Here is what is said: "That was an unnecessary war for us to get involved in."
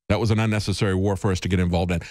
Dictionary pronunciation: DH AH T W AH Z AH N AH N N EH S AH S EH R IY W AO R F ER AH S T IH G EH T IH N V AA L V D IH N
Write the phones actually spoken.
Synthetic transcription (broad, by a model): DH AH T W AH Z AH N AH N N EH S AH S EH R IY W AO R F ER AH S T IH G EH T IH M V AA L V D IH N